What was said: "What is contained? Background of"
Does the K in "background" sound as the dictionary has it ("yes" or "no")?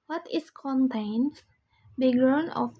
no